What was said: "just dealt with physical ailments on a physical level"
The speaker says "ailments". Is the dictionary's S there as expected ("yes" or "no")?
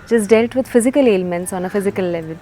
yes